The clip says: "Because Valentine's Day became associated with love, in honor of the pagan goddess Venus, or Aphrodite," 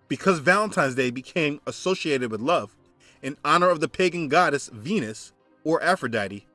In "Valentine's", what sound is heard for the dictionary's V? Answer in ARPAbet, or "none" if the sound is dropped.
V